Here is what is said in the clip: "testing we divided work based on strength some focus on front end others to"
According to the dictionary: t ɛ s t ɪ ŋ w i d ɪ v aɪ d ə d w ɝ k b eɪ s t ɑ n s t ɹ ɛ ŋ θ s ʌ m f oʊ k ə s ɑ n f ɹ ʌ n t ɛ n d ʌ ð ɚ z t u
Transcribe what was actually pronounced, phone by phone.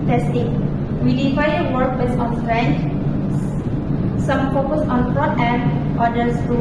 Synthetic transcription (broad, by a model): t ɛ s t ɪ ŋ w i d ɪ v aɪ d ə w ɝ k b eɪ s ɑ n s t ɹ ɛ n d s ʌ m f oʊ k ə s ɑ n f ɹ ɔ t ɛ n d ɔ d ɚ s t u